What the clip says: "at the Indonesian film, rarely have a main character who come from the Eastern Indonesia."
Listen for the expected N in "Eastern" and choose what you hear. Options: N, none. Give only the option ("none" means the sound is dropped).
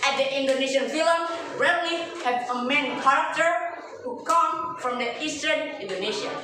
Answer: N